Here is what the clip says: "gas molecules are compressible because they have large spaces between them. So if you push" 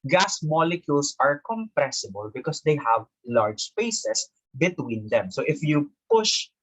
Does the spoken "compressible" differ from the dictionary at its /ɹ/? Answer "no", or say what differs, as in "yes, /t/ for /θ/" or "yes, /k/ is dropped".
no